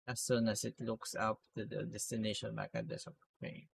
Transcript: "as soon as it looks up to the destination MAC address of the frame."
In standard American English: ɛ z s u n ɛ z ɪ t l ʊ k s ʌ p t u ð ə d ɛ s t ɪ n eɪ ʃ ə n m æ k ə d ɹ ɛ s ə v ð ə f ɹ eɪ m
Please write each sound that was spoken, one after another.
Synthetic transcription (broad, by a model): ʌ s u n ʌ s ɪ t l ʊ k s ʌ p t u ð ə d ɛ s t ɪ n eɪ ʃ ə n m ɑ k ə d ɛ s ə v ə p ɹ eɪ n